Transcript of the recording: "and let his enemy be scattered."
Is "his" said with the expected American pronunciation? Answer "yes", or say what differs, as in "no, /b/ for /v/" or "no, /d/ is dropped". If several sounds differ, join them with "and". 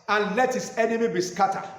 no, /s/ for /z/